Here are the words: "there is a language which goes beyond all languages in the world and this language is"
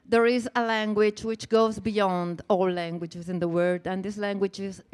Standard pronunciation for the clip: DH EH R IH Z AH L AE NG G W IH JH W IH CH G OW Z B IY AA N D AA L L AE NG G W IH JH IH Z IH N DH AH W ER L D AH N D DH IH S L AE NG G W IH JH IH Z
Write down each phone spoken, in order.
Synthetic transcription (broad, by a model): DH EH R IH Z AH L AE NG G W IH JH W IH CH G OW Z B IY AA N D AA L L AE NG G W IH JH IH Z IH N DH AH W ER D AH N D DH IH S L AE NG G W IH JH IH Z